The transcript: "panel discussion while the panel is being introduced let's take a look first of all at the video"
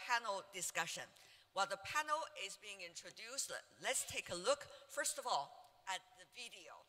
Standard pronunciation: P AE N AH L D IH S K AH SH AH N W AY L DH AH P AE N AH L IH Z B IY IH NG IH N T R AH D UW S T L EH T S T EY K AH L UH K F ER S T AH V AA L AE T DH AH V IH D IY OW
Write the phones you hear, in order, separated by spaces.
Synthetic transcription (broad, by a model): P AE N L D IH S K AH SH AH N W AY L DH AH P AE N L IH Z B IY IH NG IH N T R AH D UW S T L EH T S T EY K AH L UH K F ER S T AH V AA L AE T DH AH V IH D IY OW